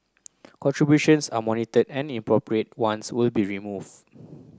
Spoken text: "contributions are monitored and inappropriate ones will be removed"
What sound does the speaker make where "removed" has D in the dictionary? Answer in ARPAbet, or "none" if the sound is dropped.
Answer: none